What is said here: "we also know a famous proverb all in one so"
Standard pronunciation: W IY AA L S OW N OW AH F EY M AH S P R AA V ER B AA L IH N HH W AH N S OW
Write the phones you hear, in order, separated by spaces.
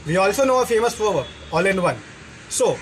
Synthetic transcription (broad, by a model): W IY AA L S OW N OW AH F EY M AH S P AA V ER AA L IH N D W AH N S OW